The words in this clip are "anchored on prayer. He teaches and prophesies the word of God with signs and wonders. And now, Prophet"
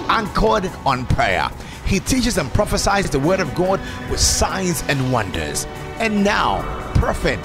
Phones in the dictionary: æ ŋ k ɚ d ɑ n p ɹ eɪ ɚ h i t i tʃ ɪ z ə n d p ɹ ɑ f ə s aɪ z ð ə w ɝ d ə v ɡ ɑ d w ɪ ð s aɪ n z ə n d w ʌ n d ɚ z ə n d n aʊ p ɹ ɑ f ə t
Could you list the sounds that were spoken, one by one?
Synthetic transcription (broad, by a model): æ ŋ k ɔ d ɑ n p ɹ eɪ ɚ h i t i tʃ ɪ z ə n p ɹ ɑ f ə s aɪ z ð ə w ɝ d ə v ɡ ɑ d w ɪ ð s aɪ n z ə n w ʌ n d ɚ z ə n n aʊ p ɹ f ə t